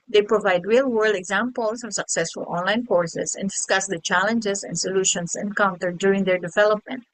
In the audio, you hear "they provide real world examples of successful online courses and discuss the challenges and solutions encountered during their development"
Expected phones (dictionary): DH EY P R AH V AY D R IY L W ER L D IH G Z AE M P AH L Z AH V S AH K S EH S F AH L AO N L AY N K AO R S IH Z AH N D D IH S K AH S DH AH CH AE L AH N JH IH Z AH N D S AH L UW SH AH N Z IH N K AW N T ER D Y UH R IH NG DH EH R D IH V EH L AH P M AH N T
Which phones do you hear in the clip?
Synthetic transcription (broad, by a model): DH EY P R AH V AY D R IY L W ER L D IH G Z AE M P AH L S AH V S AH K S EH S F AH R AO N L AY N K AO R S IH S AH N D D IH S K AH S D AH CH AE L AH N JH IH S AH N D S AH L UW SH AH N S IH N K AW N T ER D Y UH R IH NG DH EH R D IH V EH L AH P M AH N T